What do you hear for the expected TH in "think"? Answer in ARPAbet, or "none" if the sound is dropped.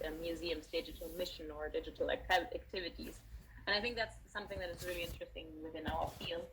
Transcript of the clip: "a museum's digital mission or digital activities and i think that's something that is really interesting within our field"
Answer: TH